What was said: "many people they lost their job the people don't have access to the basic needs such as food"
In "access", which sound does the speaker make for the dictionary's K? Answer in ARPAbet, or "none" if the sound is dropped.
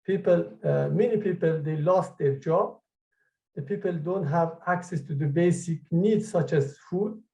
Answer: K